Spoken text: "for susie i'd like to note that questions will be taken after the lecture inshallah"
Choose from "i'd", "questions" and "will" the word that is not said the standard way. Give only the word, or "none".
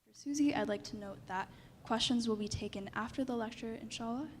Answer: none